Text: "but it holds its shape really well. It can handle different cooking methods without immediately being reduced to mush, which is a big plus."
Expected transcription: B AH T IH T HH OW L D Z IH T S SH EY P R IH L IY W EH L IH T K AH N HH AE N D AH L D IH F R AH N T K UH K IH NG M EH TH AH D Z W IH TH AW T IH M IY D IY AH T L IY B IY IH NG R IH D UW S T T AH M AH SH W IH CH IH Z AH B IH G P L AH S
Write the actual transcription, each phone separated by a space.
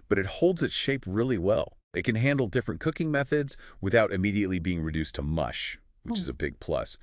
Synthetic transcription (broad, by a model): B AH T IH T HH OW L D Z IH T SH EY P R IH L IY W EH L IH T K AH N HH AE N D L D IH F R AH N K UH K IH NG M EH TH AH D Z W IH TH AW T IH M IY D IY AH T L IY B IY IH NG R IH D UW S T T AH M AH SH W IH CH IH Z AH B IH G P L AH S